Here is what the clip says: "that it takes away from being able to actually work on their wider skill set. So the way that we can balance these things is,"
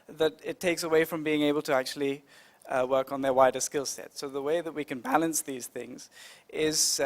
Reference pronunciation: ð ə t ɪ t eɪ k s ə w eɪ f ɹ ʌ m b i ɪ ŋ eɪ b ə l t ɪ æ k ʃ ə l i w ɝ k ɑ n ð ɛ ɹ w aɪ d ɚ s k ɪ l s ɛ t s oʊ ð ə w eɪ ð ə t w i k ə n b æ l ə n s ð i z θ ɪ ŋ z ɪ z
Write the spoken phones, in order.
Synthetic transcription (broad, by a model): ð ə t ɪ t eɪ k s ə w eɪ f ɹ ʌ m b i ɪ ŋ eɪ b ə l t ɪ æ k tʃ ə l i w ɝ k n ð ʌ ɹ w aɪ d ɚ s k ɪ l s ɛ t s oʊ ð ə w eɪ ð ə t w i k ə n b æ l ə n s ð i z θ ɪ ŋ z ɪ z